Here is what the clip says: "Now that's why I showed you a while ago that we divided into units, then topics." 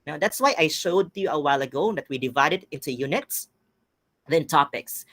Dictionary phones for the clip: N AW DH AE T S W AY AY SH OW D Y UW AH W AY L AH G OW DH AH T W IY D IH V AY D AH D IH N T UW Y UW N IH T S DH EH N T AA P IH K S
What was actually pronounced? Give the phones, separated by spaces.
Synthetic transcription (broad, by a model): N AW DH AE T S W AY AY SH OW D Y UW AH W AY L AH G OW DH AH T W IY D IH V AY D AH D IH N T UW Y UW N IH T S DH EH N T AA P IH K S